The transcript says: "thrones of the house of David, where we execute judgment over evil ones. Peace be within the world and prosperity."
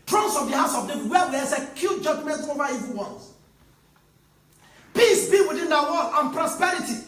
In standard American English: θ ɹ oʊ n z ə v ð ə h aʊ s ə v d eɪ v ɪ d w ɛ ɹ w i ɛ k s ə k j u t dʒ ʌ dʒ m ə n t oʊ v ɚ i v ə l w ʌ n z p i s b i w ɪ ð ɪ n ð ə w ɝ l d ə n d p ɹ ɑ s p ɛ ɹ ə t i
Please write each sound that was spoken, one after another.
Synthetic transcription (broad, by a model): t ɹ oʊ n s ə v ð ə h aʊ s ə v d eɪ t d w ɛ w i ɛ s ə k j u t dʒ ʌ dʒ m ə n t oʊ v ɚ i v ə n w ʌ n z p i s b i w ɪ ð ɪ n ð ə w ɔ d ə n p ɹ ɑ s p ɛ ɹ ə t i